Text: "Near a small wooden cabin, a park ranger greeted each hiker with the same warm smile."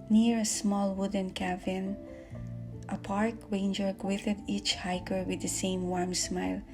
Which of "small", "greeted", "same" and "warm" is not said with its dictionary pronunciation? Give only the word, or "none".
greeted